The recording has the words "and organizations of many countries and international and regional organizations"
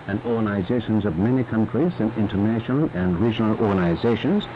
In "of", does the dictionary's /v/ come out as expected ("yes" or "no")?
yes